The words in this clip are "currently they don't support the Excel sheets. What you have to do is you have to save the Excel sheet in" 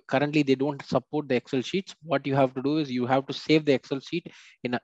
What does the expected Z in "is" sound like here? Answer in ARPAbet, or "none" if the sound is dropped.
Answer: Z